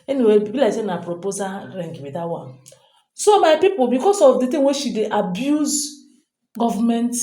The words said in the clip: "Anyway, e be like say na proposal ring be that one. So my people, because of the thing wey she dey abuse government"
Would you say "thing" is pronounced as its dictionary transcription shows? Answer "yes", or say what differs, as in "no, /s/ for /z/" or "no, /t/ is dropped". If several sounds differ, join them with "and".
no, /t/ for /θ/